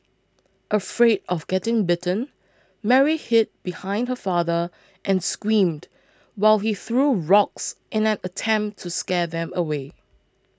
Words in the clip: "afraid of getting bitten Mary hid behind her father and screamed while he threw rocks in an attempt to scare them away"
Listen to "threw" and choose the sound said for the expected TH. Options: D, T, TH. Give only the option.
TH